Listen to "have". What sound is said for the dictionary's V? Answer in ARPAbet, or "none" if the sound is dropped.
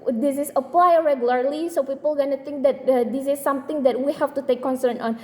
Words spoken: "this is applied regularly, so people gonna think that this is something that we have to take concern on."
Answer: F